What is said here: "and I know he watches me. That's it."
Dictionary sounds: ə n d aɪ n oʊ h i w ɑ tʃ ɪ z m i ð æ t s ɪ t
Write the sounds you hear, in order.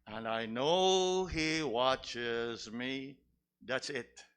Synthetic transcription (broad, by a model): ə n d aɪ n oʊ h i w ɑ tʃ ɪ z m i ð æ t s ɪ t